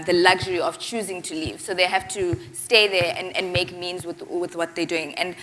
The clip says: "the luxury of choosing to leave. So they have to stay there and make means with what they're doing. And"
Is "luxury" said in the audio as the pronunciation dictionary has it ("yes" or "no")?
yes